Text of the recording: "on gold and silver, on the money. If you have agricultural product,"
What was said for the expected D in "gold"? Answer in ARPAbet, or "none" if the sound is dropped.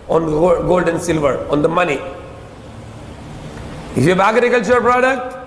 D